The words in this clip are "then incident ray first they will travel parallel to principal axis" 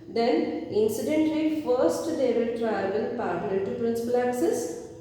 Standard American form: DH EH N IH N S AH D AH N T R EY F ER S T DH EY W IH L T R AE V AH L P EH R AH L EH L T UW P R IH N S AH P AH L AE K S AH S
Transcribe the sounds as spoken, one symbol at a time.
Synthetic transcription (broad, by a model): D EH N IH N S AH D AH N T L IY F ER S T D EY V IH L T R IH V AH L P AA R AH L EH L T UW P R IH N S AH P AH L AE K S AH S